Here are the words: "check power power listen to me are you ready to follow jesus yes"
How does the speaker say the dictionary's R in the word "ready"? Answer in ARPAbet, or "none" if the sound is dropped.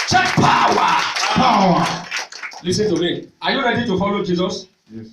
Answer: L